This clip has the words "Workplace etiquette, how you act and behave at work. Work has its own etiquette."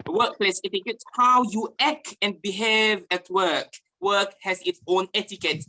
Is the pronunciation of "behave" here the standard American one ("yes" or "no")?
yes